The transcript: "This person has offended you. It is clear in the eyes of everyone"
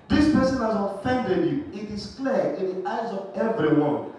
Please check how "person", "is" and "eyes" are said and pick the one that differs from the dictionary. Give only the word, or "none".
is